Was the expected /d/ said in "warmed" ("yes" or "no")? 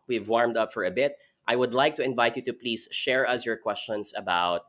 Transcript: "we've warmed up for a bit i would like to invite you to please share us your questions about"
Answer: yes